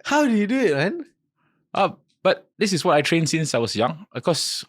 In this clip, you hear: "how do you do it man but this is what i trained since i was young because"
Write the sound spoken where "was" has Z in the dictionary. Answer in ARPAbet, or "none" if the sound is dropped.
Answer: S